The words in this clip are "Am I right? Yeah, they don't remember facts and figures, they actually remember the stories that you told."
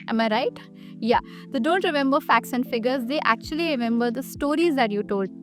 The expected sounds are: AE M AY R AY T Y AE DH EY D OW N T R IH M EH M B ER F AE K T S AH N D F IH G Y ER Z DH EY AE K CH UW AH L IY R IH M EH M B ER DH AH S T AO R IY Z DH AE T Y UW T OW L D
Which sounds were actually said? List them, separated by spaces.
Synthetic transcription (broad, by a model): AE M AY R AY T Y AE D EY D OW N T R IH M EH M B ER F AE K T S AH N D F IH G ER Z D EY AE K CH UW AH L IY R IH M EH M B ER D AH S T AO R IY Z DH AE T Y UW T OW L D